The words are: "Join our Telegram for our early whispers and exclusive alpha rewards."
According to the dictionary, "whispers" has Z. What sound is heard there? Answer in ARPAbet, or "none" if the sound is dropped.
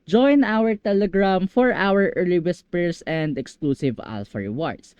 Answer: S